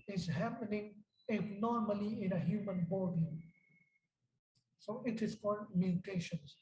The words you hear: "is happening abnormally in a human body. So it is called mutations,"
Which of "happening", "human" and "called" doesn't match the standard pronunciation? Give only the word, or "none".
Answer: called